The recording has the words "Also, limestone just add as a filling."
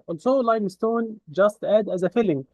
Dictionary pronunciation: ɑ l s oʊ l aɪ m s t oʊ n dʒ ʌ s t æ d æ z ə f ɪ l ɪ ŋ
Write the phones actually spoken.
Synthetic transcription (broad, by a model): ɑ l s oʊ l aɪ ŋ s t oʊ n dʒ ʌ s t æ d æ z ə f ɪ l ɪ ŋ